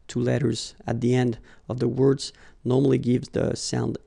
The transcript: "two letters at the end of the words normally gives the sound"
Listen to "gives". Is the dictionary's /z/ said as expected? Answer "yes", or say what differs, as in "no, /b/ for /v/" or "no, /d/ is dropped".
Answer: yes